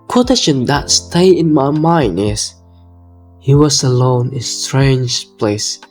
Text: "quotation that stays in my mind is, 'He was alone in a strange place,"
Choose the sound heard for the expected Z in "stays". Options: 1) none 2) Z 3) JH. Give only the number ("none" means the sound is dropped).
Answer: 1